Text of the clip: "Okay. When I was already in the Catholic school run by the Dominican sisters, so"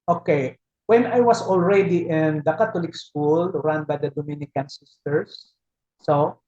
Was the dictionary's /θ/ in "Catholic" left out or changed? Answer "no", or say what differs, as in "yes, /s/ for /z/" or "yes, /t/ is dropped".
yes, /t/ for /θ/